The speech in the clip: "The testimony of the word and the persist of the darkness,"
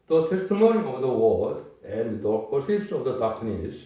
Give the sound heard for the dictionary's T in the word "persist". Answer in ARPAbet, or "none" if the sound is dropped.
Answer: none